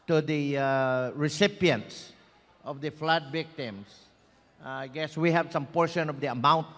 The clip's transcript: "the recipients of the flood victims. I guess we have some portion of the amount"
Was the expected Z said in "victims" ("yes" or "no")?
no